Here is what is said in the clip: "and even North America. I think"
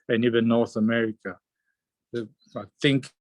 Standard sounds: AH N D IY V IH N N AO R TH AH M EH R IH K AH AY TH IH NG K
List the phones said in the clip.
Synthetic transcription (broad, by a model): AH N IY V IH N N AO R TH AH M EH R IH K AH AY TH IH NG K